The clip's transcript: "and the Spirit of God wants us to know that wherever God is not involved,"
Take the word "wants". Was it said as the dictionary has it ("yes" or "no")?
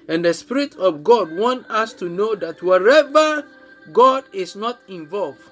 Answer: no